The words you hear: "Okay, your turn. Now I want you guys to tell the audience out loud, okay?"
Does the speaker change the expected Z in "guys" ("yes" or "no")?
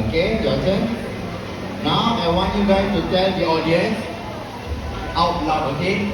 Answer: yes